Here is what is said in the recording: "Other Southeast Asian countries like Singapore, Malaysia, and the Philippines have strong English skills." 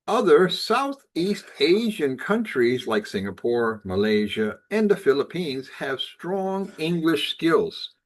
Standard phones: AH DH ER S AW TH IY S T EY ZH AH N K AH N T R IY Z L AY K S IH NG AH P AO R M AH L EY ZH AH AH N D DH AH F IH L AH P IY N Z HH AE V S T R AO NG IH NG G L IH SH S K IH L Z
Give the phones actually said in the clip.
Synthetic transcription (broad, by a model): AH DH ER S AW TH IY S T EY ZH AH N K AH N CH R IY Z L AY K S IH NG AH P AO R M AH L EY ZH AH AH N DH AH F IH L AH P IY N Z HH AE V S T R AO NG IH NG G L IH SH S K IH L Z